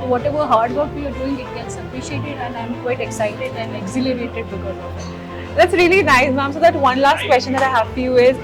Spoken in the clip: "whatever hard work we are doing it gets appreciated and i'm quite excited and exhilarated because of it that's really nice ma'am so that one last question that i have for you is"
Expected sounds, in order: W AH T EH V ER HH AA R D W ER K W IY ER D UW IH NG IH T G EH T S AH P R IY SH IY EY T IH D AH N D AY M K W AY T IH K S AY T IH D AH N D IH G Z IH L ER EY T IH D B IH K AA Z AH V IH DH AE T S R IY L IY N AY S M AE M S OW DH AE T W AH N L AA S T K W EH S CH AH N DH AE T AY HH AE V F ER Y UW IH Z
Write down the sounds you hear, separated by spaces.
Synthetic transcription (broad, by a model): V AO T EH V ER HH AA R D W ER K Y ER D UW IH NG IH T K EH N S AH P R IY SH IY EY T IH D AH N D AY M K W AY T IH K S AY T IH D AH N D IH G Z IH L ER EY T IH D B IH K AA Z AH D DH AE T S R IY L IY N AY S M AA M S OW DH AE T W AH N L AA S T K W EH S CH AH N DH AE T AY HH AE V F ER Y UW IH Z